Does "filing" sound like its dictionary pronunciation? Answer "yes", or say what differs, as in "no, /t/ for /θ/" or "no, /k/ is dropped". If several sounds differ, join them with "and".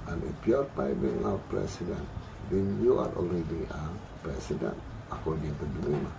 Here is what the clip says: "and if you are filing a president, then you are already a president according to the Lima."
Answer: no, /p/ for /f/